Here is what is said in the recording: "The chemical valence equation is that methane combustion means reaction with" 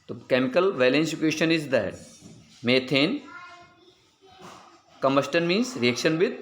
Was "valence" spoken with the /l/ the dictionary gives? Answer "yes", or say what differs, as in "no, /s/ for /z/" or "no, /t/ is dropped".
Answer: yes